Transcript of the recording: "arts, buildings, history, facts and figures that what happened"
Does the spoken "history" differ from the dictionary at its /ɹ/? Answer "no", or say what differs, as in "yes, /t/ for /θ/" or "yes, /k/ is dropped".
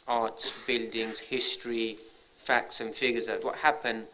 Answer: no